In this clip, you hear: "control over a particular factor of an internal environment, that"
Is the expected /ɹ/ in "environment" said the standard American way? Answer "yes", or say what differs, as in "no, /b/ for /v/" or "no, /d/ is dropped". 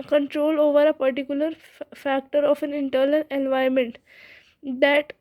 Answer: no, /ɹ/ is dropped